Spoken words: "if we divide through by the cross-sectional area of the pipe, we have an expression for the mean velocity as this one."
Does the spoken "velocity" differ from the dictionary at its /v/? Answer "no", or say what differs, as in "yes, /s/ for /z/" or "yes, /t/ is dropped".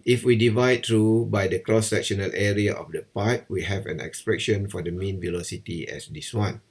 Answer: no